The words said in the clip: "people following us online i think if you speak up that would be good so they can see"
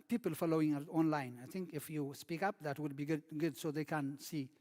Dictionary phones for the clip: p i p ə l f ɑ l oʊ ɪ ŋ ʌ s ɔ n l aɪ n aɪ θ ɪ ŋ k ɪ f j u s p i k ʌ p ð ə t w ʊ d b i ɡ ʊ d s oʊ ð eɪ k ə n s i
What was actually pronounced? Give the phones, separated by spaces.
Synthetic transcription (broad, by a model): p i p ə l f ɑ l oʊ ɪ ŋ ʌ ɔ n l aɪ n aɪ t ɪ ŋ k ɪ f j u s p i k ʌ p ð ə t w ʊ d b i ɡ ʊ d s oʊ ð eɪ k ə n s i